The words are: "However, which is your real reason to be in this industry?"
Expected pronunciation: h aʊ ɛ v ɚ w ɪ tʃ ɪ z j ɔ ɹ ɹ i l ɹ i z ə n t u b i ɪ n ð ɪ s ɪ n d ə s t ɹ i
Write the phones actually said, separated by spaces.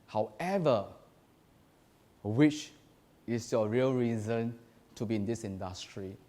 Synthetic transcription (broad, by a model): h aʊ ɛ v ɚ w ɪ tʃ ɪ s j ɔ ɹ ɹ i l ɹ i z ə n t u b i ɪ n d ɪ s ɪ n d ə s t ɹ i